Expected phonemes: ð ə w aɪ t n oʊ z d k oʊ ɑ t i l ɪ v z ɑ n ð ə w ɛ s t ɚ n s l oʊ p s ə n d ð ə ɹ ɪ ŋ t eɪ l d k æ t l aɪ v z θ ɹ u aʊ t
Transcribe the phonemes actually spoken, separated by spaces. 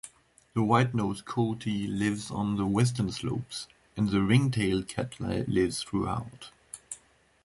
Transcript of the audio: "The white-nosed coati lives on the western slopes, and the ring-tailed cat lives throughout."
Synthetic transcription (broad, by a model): ð ə w aɪ t n oʊ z k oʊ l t i l ɪ v z n ð ə w ɛ s t ɚ n s l oʊ p s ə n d ð ə ɹ ɪ ŋ t eɪ l d k æ t l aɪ v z θ ɹ u aʊ t